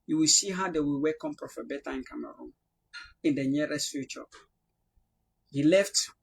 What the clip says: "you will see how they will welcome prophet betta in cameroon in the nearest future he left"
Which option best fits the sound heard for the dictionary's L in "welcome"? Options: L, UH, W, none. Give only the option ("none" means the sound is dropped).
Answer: none